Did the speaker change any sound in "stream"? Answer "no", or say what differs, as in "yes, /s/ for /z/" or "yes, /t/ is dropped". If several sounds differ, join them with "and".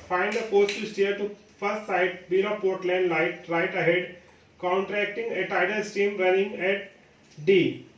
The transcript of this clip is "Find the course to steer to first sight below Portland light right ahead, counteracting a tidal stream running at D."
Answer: yes, /ɹ/ is dropped